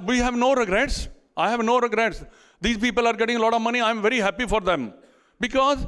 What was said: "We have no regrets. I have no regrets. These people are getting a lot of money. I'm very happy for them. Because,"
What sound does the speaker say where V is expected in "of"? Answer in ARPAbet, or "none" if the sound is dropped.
V